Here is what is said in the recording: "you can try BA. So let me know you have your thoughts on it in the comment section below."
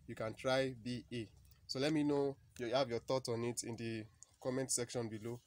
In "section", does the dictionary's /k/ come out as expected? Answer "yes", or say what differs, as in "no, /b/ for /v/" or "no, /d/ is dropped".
yes